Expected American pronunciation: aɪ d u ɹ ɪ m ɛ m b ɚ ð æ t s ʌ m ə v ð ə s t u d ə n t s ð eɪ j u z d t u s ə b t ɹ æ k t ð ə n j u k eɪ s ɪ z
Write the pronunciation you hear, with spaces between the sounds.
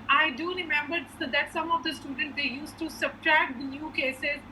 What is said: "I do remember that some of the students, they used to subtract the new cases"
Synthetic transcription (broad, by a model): aɪ d u ɹ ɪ m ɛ m b ɚ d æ t s ʌ m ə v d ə s t u d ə n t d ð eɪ j u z t u s ə b t ɹ æ k t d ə n j u k eɪ s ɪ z